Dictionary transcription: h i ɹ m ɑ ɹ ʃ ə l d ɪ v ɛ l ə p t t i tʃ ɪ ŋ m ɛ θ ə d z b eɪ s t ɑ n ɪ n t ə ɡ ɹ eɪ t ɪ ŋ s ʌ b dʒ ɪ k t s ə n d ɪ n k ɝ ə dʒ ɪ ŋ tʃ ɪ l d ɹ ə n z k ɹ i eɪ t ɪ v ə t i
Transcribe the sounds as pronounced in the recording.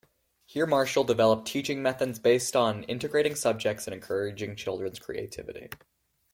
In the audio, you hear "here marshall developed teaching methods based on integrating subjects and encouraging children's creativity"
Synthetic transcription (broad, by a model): h i ɹ m ɑ ɹ ʃ l d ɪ v ɛ l ə p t t i tʃ ɪ ŋ m ɛ θ ə d z b eɪ s t n ɪ n t ə ɡ ɹ eɪ t ɪ ŋ s ʌ b dʒ ɪ k t s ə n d ɪ n k ɝ ə dʒ ɪ ŋ tʃ ɪ l d ɹ ə n z k ɹ i eɪ t ɪ v ə t i